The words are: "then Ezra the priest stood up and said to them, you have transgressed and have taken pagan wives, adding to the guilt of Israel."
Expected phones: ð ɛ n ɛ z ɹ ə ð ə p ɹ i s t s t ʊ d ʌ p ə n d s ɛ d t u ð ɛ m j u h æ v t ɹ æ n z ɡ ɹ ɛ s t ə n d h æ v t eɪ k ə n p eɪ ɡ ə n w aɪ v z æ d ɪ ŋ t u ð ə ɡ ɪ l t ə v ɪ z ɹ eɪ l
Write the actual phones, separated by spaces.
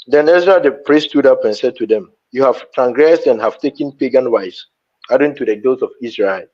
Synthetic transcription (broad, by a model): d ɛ n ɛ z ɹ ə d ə p ɹ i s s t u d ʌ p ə n s ɛ d t u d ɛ m j u h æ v t ɹ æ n ɡ ɹ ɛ s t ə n h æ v t eɪ k ə n p eɪ ɡ ə n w aɪ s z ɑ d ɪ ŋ t u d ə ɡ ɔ t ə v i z ɹ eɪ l